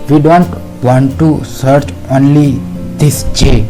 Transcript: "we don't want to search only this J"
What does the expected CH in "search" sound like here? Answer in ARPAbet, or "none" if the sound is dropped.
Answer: CH